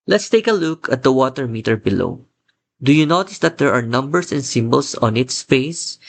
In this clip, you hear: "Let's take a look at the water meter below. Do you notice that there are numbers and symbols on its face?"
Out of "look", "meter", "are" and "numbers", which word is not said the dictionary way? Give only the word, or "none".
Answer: numbers